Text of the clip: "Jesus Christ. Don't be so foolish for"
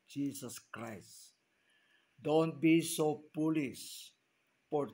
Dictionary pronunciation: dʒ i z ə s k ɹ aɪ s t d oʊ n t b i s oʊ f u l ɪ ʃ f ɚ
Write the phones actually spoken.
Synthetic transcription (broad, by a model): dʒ i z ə s k ɹ aɪ s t d oʊ n t b i s oʊ p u l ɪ s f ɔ